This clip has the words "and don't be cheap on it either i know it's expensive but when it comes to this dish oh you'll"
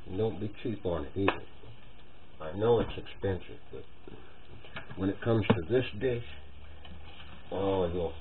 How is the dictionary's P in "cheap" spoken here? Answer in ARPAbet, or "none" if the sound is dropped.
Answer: P